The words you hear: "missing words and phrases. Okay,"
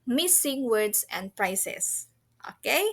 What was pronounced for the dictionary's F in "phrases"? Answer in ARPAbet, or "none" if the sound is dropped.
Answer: P